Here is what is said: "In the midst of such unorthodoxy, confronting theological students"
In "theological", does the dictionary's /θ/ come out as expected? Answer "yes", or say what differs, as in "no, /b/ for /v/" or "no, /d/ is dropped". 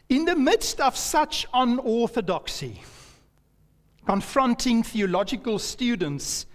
yes